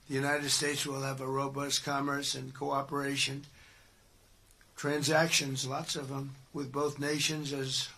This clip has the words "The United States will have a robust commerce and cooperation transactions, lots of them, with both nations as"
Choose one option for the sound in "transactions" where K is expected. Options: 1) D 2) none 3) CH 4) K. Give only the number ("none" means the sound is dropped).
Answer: 4